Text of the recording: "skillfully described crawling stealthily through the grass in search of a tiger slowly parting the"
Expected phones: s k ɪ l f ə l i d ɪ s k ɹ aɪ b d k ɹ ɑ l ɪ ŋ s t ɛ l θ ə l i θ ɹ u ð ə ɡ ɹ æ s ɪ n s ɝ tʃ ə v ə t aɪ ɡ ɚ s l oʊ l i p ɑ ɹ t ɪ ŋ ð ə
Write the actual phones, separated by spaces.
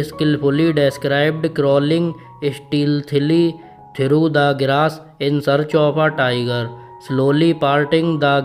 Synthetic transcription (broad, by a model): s k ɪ l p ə l i d ɪ s k ɹ aɪ b d k ɹ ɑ l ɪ ŋ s t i l t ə l i t ɹ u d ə ɡ ɹ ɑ s ɪ n s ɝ tʃ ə p ə t aɪ ɡ ɚ s l oʊ l i p ɑ ɹ t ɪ ŋ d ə